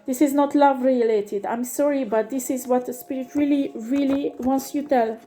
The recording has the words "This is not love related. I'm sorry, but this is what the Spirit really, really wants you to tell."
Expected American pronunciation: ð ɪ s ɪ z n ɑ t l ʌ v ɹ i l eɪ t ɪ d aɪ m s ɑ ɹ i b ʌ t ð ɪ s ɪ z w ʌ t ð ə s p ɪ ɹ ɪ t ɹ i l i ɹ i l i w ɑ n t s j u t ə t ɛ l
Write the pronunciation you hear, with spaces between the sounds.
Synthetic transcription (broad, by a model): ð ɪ s ɪ z n ɑ t l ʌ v ɹ i l eɪ t ɪ d aɪ m s ɑ ɹ i b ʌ t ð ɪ s ɪ z w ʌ t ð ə s p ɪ ɹ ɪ t ɹ i l i ɹ i l i w ɑ n t s j u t t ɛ l